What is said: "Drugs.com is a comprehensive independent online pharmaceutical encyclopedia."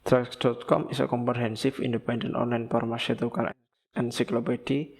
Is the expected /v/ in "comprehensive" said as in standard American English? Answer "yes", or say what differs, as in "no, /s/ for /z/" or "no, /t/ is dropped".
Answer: no, /f/ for /v/